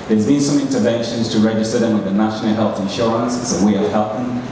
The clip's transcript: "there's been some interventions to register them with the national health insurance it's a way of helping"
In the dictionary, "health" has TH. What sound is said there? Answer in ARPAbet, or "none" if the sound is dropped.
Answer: TH